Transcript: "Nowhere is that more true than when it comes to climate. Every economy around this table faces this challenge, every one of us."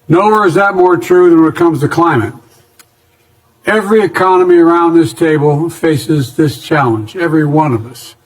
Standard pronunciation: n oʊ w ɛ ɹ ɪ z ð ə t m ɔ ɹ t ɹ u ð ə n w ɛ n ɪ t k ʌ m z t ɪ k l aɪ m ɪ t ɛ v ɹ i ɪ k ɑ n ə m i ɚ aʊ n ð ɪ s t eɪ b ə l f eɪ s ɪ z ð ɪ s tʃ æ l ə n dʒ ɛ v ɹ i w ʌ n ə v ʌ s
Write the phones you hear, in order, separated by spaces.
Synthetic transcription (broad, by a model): n oʊ w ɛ ɹ ɪ z ð ə t m ɔ ɹ t ɹ u ð ə n w ɪ t k ʌ m z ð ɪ k l aɪ m ɪ t ɛ v ɹ i ɪ k ɑ n ə m i ɚ aʊ n ð ɪ s t eɪ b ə l f eɪ s ɪ z ð ɪ s tʃ æ l ə n dʒ ɛ v ɹ i w ʌ n ə v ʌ s